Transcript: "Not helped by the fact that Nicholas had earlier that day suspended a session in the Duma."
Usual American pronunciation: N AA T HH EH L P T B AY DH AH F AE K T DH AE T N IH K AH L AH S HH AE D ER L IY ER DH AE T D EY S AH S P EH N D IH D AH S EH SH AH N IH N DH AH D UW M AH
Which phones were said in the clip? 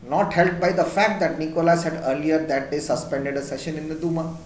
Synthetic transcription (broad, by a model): N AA T HH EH L T B AY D AH F AE K T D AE T N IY K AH L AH S HH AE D ER L IY ER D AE T D EY S AH S P EH N D IH D AH S EH SH AH N IH N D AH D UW M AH